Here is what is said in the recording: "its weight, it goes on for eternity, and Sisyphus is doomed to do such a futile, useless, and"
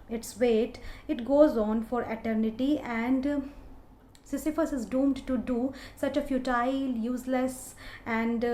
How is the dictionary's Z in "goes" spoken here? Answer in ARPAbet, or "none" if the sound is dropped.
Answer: Z